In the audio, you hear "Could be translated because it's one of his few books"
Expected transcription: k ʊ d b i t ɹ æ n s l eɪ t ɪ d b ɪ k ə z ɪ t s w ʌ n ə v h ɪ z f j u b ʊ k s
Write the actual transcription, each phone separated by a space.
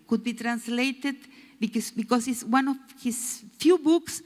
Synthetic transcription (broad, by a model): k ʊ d b i t ɹ æ n s l eɪ t ɪ d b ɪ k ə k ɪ s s w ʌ n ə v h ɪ s f j u b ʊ k s